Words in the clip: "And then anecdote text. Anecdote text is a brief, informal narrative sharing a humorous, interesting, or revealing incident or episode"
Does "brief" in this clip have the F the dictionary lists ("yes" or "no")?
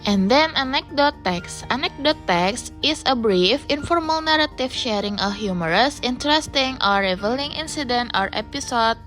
yes